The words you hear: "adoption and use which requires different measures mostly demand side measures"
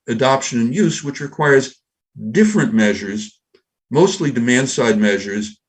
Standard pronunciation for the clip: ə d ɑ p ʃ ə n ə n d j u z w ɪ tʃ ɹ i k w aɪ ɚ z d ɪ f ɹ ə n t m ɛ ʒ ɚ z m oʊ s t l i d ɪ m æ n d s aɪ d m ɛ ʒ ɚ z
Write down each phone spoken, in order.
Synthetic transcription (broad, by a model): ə d ɑ p ʃ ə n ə n j u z w ɪ tʃ ɹ i k w aɪ ɚ z d ɪ f ɹ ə n m ɛ ʒ ɚ z m oʊ s t l i d ɪ m æ n d s aɪ d m ɛ ʒ ɚ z